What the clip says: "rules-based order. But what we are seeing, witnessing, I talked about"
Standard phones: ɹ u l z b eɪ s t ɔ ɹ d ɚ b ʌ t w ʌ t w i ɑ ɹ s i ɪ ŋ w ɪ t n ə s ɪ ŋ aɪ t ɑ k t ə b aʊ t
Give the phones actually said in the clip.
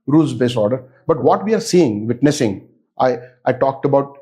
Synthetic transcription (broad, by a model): ɹ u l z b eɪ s ɔ ɹ d ɚ b ʌ t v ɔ t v i ɑ ɹ s i ɪ ŋ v ɪ t n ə s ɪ ŋ aɪ t ɑ k t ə b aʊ t